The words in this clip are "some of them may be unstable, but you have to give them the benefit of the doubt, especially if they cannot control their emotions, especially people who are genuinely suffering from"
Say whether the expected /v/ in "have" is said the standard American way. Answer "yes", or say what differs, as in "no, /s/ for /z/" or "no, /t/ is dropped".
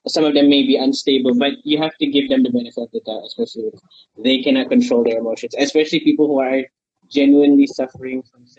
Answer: no, /f/ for /v/